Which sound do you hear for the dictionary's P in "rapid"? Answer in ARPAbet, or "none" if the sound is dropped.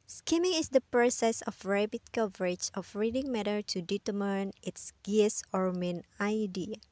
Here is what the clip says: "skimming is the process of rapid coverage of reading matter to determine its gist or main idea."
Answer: B